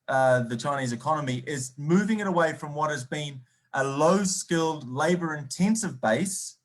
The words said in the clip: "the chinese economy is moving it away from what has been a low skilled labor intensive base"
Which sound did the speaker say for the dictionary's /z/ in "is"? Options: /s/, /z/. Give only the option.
/z/